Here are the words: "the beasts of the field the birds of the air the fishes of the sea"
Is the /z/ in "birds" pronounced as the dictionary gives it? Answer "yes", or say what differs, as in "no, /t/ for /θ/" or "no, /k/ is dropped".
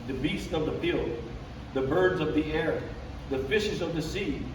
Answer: yes